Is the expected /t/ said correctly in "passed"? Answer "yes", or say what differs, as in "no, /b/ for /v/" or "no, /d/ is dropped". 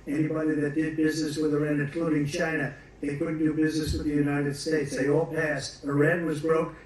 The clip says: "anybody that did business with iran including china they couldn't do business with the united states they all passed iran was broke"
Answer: yes